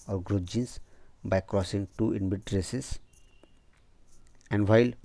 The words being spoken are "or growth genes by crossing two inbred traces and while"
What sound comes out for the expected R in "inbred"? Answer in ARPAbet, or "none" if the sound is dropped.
none